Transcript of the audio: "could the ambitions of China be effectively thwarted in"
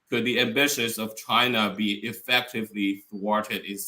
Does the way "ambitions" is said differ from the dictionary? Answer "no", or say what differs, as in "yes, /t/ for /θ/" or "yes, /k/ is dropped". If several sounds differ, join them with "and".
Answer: yes, /n/ is dropped